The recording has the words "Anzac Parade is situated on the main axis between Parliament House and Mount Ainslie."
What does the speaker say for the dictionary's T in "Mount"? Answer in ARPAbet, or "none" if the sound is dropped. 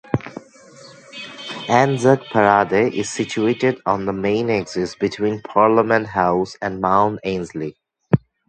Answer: none